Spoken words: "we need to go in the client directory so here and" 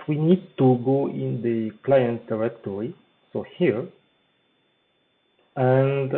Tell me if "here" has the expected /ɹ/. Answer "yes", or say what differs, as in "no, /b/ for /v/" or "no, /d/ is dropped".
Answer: yes